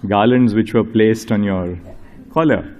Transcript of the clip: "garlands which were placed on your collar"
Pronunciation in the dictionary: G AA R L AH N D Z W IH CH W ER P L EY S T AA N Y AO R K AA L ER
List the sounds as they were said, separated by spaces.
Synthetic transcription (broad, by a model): G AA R L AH N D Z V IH CH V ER P L EY S T AA N Y AO R K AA L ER